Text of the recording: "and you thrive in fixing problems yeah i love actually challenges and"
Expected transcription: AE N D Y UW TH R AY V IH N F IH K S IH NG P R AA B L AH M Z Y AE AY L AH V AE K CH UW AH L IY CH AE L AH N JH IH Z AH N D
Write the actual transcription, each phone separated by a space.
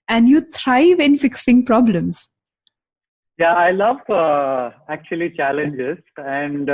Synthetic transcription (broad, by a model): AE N D Y UW T R AY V IH N F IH K S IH NG P R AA B L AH M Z Y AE AY L AH V AE K CH UW AH L IY CH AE L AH N JH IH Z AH N D